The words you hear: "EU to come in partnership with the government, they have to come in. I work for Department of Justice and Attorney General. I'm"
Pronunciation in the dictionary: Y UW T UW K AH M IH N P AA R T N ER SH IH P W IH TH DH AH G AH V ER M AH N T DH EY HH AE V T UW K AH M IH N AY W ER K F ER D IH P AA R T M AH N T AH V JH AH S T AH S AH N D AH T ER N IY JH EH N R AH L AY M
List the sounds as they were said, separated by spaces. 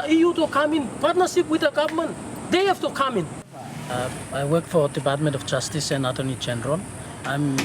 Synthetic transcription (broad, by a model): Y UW T UW K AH M IH N P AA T N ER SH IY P W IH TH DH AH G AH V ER M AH N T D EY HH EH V T UW K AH M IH N AY W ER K F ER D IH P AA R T M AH N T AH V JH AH S T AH S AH N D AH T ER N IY JH EH N R AH L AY M